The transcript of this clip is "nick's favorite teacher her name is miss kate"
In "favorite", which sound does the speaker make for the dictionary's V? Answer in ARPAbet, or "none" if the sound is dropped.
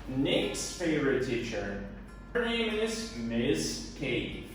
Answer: V